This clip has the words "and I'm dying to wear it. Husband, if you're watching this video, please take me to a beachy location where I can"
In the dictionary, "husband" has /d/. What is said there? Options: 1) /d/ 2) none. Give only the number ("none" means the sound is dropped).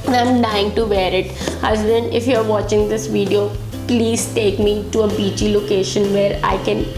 2